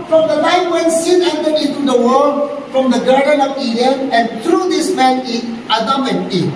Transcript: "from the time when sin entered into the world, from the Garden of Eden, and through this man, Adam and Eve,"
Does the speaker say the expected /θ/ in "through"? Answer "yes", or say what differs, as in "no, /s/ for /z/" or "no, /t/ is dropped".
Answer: no, /t/ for /θ/